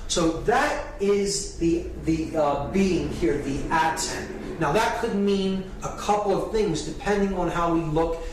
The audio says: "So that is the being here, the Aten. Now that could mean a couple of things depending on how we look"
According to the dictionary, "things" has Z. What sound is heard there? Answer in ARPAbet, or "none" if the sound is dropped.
Z